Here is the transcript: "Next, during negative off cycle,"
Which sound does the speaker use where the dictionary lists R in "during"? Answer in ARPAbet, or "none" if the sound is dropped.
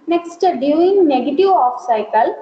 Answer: none